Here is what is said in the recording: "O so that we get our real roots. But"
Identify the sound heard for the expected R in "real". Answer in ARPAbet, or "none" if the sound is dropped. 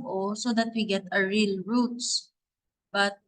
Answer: R